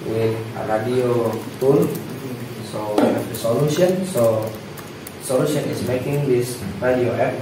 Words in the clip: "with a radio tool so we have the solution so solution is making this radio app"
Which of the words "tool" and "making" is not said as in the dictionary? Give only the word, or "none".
tool